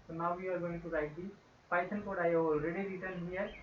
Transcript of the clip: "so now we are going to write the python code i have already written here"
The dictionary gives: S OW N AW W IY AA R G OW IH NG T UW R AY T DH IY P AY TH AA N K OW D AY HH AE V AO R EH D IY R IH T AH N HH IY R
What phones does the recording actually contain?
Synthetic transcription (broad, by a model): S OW N AW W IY AA R G OW IH NG T UW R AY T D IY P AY S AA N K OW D AY AO R EH D IY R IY T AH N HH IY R